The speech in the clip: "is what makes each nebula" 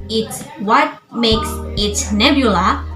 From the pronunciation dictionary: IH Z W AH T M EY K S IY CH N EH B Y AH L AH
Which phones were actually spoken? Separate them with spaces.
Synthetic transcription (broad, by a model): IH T W AH T M EY K S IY S N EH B Y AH L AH